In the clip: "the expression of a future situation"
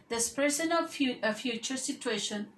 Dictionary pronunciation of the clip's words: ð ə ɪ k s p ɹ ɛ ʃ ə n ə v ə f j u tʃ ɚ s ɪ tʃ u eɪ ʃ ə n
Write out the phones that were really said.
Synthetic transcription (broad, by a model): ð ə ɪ s p ɹ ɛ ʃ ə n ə ə f j u tʃ ɚ s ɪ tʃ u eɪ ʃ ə n